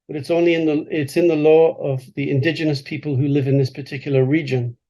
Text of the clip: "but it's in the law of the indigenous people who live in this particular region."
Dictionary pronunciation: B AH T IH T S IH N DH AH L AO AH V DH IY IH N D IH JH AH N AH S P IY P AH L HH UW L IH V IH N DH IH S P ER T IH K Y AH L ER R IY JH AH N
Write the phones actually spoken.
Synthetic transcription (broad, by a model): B AH T IH T S IH N DH AH L AO AH V DH IY IH N D IH JH AH N AH S P IY P AH L HH UW L IH V IH N DH IH S P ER T IH K Y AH L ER R IY JH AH N